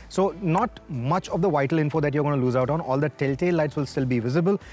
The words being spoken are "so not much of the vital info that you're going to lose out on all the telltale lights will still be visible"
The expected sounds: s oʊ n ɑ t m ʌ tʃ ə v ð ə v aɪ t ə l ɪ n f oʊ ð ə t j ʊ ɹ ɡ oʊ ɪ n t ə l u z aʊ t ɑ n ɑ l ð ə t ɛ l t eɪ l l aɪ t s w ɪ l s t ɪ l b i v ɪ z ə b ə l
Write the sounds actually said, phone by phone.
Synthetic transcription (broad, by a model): s oʊ n ɑ t m ʌ tʃ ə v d ə v aɪ t ə l ɪ n f oʊ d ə t j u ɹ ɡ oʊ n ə l u z aʊ t ɑ n ɑ l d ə t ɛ l t eɪ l l aɪ t s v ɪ l s t ɪ l b i v ɪ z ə b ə l